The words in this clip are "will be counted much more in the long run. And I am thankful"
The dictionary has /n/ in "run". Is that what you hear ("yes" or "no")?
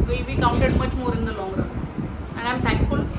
no